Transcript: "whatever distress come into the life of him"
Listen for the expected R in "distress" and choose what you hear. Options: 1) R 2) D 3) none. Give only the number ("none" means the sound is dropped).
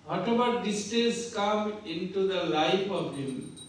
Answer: 3